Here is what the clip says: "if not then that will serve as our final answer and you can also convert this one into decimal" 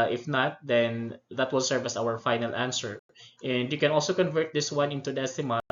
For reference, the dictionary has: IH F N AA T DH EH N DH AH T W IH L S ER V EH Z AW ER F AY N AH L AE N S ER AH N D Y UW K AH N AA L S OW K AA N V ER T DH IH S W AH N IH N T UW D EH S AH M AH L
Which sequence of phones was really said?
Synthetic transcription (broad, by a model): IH F N AA T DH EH N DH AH T W IH L S ER V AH S AW ER F AY N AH L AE N S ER AH N D Y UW K AH N AA L S OW K AA N V ER T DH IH S W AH N IH N T UW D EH S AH M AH